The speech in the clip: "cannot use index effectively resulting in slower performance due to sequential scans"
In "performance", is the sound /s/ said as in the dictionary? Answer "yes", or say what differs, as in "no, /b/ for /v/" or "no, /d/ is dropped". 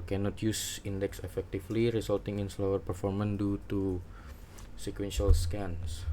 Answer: no, /s/ is dropped